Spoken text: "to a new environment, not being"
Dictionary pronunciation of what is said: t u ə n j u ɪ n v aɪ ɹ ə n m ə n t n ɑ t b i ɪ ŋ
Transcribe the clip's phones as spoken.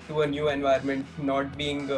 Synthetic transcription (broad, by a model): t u ə n j u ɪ n v aɪ ə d m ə n t n ɑ t b i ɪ ŋ